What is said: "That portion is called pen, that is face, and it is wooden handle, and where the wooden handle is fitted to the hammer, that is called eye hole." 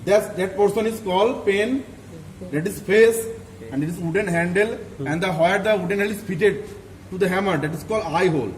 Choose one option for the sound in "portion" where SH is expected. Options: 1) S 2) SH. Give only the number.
1